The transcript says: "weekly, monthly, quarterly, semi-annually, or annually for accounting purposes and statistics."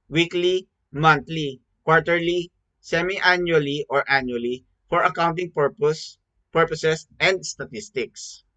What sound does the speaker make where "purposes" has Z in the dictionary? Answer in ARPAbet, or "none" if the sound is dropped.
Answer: S